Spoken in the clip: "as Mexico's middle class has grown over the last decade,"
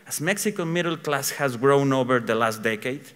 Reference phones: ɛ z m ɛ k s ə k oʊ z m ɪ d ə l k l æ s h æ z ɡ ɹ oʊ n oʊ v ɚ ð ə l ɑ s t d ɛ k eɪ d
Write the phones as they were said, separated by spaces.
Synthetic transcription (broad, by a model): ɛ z m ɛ k s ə k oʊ m ɪ d ə l k l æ s h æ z ɡ ɹ oʊ n oʊ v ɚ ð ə l ɑ s t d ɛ k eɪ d